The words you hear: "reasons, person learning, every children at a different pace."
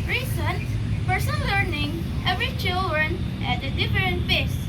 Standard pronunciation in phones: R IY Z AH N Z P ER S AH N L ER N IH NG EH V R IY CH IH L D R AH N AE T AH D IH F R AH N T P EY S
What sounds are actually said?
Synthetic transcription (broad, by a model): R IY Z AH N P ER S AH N L ER N IH NG EH V R IY CH IH L D R AH N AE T AH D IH F R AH N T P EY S